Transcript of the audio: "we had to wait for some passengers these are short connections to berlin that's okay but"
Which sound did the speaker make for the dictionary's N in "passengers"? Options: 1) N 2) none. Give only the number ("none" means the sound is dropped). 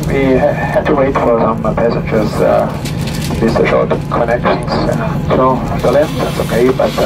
1